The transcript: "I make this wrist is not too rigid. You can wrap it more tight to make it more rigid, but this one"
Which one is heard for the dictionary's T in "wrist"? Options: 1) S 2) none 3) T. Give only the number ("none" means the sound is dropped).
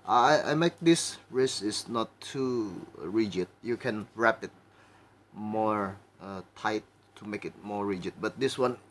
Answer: 2